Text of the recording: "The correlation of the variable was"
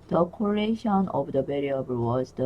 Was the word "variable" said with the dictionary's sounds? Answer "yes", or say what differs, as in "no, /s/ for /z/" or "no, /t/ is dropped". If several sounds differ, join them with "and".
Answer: no, /b/ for /v/